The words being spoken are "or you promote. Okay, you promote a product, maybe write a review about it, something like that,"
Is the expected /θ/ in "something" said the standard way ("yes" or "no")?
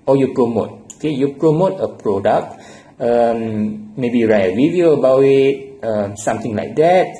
no